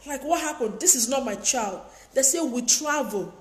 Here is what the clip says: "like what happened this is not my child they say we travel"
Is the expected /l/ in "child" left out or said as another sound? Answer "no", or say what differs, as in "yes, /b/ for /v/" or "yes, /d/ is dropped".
no